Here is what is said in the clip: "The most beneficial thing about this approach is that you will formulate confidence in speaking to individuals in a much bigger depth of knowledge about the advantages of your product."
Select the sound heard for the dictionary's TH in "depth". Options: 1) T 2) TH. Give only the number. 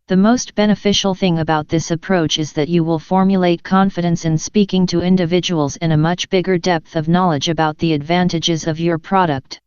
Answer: 2